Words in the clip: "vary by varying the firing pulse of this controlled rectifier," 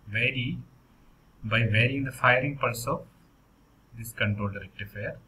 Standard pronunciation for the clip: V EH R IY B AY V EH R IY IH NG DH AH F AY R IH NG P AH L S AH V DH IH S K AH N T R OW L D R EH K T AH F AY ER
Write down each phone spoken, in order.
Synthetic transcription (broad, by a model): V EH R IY B AY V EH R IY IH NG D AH F AY R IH NG P AH L S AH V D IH S K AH N T R OW L D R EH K T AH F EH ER